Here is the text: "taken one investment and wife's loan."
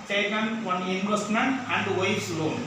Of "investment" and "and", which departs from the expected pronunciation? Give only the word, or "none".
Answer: investment